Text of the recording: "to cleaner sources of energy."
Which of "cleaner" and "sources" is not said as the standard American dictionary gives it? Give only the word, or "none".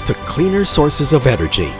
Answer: none